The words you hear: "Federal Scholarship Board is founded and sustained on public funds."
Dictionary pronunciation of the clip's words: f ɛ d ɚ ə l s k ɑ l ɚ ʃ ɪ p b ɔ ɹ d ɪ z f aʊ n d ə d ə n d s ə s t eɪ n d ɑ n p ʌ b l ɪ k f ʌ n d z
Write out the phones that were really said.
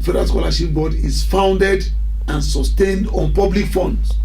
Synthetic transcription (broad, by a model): f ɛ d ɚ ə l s k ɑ l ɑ ʃ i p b ɔ d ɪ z f aʊ n d ə d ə n s ə s t eɪ n d ɑ n p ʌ b l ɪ k f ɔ n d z